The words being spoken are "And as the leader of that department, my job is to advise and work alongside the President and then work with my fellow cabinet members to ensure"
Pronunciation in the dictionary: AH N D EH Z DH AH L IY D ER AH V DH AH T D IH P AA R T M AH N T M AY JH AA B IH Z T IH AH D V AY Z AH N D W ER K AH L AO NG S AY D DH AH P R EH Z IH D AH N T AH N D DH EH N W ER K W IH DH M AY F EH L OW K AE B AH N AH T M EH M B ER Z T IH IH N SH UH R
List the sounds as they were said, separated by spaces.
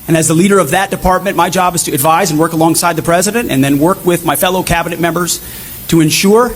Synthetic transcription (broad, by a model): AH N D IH Z DH AH L IY D ER AH V DH AH T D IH P AA R T M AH N M AY JH AA B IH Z T IH AH D V AY Z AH N W ER K AH L AO NG S AY D DH AH P R EH Z IH D AH N T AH N DH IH N W ER K W IH DH M AY F EH L OW K AE B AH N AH T M EH M B ER Z T IH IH N SH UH R